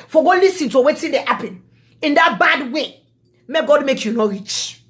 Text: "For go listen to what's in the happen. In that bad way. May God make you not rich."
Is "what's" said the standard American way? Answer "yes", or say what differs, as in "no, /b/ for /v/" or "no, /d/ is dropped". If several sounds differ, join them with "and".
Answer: no, /s/ is dropped